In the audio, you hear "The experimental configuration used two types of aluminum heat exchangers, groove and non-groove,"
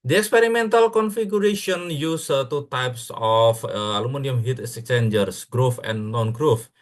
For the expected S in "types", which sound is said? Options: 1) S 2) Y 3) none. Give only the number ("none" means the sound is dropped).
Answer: 1